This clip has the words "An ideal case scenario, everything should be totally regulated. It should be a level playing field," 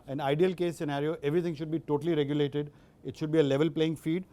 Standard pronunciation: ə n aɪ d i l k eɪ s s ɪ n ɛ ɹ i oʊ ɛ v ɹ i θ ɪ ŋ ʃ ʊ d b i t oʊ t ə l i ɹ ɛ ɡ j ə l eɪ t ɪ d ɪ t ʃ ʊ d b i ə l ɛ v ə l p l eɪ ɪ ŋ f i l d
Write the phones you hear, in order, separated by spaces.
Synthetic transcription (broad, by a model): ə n aɪ d i l k eɪ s s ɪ n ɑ ɹ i oʊ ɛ v ɹ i t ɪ ŋ ʃ ʊ d b i t oʊ t ə l i ɹ ɛ ɡ j ə l eɪ t ɪ d ɪ t ʃ ʊ d b i ə l ɛ v ə l p l eɪ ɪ ŋ f i d